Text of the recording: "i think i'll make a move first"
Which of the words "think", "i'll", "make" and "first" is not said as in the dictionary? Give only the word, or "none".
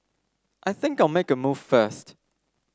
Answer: none